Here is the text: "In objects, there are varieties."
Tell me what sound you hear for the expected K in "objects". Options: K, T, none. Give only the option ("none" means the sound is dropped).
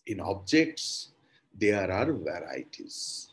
K